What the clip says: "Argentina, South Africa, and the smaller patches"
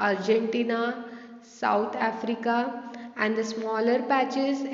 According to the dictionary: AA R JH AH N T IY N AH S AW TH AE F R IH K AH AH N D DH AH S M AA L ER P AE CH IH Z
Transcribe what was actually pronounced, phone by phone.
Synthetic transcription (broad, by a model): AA R JH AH N T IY N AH S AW T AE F R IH K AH AH N D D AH S M AA L ER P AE CH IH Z